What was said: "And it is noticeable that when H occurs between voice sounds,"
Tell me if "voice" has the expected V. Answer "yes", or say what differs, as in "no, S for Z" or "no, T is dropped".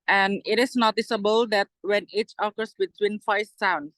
no, F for V